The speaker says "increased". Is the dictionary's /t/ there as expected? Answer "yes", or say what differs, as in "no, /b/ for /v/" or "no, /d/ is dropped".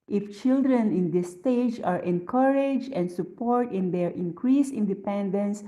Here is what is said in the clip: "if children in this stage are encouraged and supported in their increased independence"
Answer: no, /t/ is dropped